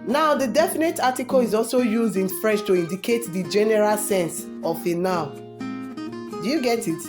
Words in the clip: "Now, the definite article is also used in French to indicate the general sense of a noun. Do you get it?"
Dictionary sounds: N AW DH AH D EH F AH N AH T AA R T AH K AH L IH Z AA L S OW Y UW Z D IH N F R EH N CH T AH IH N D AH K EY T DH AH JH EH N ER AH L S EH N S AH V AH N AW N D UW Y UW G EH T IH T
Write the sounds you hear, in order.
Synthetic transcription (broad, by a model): N AW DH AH D EH F AH N AH T AA T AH K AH L IH Z AA L S OW Y UW Z D IH N F R EH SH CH T AH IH N D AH K EY T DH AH JH EH N ER AH L S EH N S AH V AH N AW D UW Y UW G EH T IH T